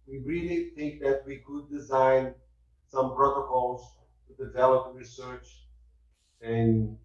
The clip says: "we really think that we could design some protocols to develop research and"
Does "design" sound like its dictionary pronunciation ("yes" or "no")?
yes